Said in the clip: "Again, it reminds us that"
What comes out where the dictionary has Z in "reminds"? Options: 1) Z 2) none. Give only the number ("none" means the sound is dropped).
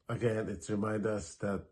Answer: 2